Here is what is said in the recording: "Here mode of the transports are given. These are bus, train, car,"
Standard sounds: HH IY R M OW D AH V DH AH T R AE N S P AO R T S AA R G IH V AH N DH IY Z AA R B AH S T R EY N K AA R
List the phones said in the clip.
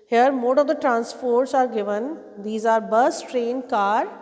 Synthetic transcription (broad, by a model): HH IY R M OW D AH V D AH T R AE N S F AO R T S AA R G IH V AH N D IY Z AA R B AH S T R EY N K AA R